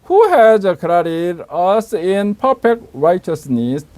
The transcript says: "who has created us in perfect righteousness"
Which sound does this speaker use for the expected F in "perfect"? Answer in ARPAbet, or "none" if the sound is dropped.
P